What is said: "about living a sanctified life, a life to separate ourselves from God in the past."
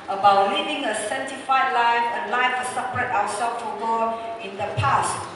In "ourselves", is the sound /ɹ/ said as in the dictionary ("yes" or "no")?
no